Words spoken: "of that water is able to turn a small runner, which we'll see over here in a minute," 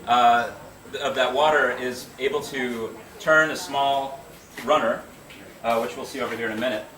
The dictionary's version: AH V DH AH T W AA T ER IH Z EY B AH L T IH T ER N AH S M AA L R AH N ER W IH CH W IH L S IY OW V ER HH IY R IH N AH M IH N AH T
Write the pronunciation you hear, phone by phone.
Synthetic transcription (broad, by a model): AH V DH AH T W AA T ER IH Z EY B L T IH T ER N AH S M AA L R AH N ER W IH CH W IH L S IY OW V ER HH IY R IH N AH M IH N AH T